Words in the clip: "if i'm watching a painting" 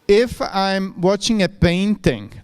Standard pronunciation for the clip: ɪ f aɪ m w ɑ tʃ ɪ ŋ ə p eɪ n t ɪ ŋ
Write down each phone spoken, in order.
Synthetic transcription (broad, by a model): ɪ f aɪ m w ɑ tʃ ɪ ŋ ə p eɪ n t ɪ ŋ